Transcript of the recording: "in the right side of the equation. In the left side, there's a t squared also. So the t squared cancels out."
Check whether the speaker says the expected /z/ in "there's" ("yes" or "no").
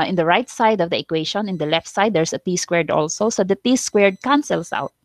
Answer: no